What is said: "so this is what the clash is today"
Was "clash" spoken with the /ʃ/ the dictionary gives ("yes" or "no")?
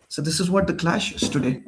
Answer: yes